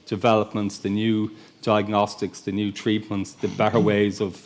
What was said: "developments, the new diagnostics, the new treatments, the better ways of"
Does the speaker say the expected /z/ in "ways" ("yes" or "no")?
yes